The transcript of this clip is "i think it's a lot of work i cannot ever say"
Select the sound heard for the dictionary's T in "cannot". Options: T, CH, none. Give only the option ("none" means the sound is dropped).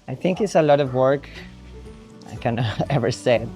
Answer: none